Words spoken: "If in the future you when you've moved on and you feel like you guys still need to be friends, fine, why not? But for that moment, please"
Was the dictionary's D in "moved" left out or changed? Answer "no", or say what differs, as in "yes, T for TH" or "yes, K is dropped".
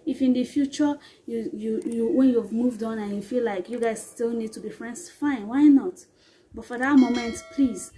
no